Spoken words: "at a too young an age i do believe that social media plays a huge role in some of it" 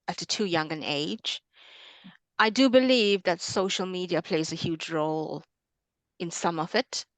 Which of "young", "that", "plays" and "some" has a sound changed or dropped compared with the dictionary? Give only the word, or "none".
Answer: none